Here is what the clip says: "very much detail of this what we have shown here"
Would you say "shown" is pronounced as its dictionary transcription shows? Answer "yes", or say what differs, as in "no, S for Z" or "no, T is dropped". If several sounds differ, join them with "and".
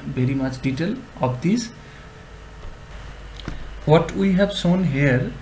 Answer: no, S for SH